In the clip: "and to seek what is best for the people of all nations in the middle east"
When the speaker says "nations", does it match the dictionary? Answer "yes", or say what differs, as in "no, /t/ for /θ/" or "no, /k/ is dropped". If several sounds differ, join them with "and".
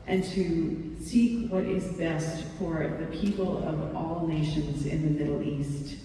yes